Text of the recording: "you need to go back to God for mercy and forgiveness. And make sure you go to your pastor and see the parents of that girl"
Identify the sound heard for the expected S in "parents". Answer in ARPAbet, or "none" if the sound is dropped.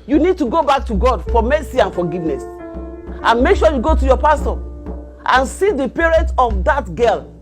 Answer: none